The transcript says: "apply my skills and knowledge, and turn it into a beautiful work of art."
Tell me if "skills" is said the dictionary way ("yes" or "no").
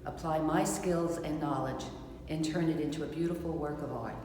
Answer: yes